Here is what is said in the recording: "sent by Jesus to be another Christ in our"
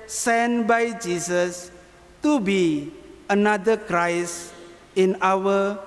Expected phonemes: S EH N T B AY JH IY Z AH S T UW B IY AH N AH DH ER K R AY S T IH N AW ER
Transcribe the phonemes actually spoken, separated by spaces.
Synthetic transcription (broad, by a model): S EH N B AY JH IY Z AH S T UW B IY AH N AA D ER K R AY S IH N AW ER